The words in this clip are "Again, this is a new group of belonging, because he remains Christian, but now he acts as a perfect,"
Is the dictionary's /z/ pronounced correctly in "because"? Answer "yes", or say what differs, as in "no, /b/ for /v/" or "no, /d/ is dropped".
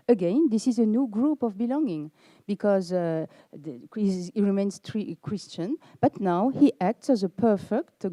yes